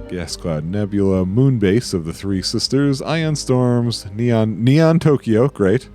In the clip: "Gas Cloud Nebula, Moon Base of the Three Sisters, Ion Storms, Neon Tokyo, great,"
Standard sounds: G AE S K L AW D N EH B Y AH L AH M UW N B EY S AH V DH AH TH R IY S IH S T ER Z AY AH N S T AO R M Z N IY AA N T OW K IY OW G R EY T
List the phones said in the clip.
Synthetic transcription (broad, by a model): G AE S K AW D N EH B Y AH L AH M UW N B EY S AH V DH AH TH R IY S IH S T ER Z AY AH N S T AO R M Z N IY AA N T OW K IY OW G R EY T